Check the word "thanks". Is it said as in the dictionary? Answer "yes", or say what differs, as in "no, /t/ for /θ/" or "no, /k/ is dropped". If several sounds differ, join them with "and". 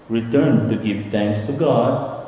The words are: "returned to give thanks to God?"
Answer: no, /t/ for /θ/